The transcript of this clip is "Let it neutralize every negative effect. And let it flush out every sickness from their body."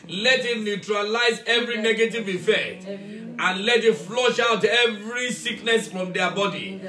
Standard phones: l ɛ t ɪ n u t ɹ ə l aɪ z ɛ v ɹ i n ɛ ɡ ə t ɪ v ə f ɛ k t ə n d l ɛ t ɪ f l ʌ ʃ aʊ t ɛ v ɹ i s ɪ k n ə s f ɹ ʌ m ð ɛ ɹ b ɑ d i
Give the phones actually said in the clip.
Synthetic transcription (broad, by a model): l ɛ t ɪ n u t ɹ ə l aɪ z ɛ v ɹ i n ɛ ɡ ə t ɪ v ə f ɛ k t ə n l ɛ t ɪ f l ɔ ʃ aʊ t ɛ v ɹ i s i k n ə s f ɹ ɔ m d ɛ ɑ b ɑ d i